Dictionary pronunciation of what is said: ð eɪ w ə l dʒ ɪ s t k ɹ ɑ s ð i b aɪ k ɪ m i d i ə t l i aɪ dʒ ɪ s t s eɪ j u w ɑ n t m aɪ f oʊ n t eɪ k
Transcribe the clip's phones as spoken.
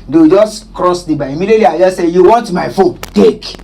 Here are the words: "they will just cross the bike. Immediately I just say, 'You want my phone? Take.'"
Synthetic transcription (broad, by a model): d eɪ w dʒ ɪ s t k ɹ ɑ s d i b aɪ ɪ m i d i ə t l i aɪ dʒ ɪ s s eɪ j u w ɑ n t m aɪ f oʊ n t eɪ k